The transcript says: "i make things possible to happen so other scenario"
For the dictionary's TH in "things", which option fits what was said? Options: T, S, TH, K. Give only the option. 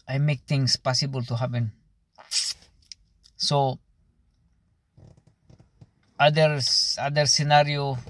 T